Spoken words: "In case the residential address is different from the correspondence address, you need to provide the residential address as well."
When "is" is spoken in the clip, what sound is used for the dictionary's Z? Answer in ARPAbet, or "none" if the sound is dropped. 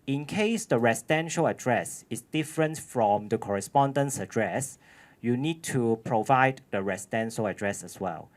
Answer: S